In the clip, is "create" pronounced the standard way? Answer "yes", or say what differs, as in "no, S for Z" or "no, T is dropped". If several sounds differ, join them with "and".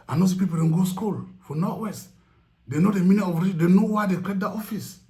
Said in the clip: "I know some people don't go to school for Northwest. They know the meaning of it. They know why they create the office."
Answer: no, R is dropped